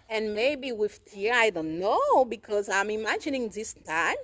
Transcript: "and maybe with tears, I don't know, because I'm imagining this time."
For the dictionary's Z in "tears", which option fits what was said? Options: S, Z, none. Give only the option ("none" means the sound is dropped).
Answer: none